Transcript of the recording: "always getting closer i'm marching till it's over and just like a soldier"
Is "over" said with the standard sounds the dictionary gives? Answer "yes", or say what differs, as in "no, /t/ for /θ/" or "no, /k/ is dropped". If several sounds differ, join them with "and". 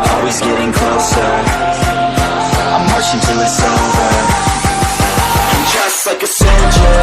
no, /v/ is dropped